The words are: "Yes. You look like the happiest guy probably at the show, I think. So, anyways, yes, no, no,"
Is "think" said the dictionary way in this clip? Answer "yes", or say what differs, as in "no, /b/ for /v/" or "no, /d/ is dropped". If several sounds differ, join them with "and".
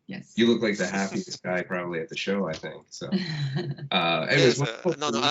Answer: yes